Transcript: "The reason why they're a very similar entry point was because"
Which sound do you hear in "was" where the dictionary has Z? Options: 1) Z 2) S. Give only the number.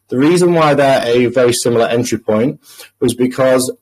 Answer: 1